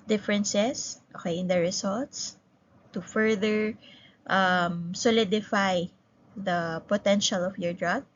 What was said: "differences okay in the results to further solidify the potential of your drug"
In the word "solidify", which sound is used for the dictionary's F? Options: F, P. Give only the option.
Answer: F